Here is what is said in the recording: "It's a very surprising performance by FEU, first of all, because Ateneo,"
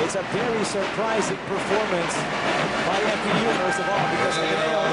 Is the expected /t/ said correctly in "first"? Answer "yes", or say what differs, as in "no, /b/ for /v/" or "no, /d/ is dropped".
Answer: no, /t/ is dropped